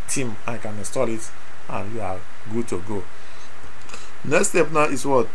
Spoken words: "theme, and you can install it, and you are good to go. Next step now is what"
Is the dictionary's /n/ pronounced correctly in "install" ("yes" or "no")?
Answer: no